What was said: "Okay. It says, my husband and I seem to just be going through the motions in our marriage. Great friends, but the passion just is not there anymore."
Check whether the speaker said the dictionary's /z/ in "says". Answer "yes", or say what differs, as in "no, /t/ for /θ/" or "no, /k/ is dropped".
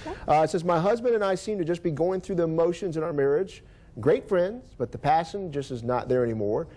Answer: yes